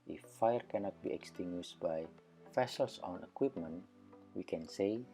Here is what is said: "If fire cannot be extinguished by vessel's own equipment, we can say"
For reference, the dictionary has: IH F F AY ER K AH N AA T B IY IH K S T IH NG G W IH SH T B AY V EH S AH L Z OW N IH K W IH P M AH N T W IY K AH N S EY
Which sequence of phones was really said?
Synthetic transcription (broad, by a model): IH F F AY ER K AH N AA T B IY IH K S T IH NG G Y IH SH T B AY F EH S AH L S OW N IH K W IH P M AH N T W IY K AH N S EY